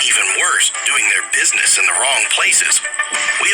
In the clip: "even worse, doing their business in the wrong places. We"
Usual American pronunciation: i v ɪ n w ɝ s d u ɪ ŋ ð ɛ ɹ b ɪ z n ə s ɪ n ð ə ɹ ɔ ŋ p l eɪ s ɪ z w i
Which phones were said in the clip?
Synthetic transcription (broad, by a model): i v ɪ n w ɝ s d u ɪ ŋ ð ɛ ɹ b ɪ z n ə s ɪ n ð ə ɹ ɔ ŋ p l eɪ s ɪ z w i